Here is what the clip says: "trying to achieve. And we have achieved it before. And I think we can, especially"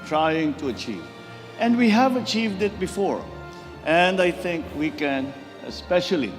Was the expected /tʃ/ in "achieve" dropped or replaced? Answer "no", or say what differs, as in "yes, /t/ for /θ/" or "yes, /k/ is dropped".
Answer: no